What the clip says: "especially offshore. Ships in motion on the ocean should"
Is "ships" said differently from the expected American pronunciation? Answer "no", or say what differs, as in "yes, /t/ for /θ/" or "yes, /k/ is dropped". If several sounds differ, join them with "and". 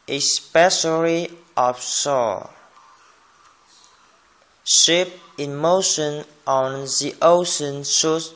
yes, /s/ is dropped